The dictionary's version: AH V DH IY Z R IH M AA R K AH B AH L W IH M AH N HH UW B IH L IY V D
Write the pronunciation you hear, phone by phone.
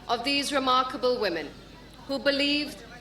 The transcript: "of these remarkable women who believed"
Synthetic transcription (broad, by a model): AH V DH IY Z R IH M AA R K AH B AH L W IH M AH N HH UW B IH L IY V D